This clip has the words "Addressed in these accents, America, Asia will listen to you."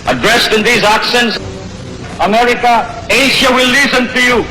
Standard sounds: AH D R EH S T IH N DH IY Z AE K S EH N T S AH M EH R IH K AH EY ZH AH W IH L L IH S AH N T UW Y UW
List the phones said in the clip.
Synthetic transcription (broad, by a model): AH D R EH S T IH N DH IY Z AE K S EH N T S AH M EH R IH K AH EY SH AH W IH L L IH S AH N T UW Y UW